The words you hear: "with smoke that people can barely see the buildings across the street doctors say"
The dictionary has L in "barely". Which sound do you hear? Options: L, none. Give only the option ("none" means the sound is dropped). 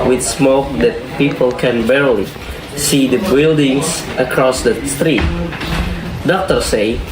L